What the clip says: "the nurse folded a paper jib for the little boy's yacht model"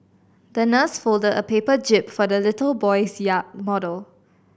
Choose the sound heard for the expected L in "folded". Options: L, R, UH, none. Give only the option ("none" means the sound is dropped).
L